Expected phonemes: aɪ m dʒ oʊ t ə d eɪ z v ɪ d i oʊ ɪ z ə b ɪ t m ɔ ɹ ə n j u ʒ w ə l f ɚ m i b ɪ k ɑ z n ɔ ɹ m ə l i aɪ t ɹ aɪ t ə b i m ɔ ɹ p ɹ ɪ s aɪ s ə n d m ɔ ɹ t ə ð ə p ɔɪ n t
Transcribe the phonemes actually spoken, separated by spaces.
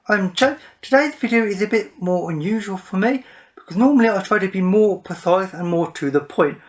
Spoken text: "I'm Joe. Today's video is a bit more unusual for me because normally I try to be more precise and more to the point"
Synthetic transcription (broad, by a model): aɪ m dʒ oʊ t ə d eɪ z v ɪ d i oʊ ɪ z ə b ɪ t m ɔ ɹ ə n j u ʒ w ə l f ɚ m i b ɪ k ɑ z n ɔ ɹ m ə l i aɪ t ɹ aɪ t ə b i m ɔ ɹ p ɪ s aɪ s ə n m ɔ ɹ t ə ð ə p ɔɪ n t